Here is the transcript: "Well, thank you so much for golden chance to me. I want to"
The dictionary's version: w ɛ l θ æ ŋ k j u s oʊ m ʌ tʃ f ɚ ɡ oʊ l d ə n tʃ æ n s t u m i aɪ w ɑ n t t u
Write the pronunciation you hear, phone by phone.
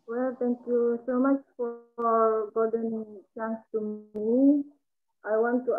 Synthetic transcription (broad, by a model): w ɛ l t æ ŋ k j u s oʊ m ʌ tʃ f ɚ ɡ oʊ d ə n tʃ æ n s t u m i aɪ w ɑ n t t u